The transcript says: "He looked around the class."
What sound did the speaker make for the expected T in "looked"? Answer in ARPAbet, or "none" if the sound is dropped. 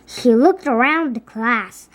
T